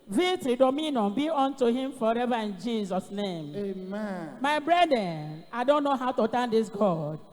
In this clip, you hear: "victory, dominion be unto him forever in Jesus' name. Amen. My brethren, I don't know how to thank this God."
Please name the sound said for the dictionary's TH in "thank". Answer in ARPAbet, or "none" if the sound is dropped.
T